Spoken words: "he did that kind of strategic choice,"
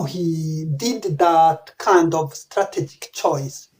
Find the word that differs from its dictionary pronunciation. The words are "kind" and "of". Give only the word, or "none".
none